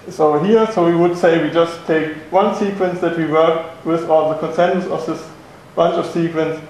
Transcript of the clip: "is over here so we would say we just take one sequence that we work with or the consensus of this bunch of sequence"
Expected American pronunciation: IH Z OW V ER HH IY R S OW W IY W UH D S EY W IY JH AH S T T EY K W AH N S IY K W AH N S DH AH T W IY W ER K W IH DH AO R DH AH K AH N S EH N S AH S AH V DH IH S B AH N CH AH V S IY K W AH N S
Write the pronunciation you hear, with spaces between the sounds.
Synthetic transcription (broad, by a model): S OW UH HH IY R S OW W IY W UH D S EY W IY JH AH S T T EY K W AH N S IY K W AH N S DH AH T W IY W ER K W IH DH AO L DH AH K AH N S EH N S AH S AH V DH IH S B AH N CH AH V S IY K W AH N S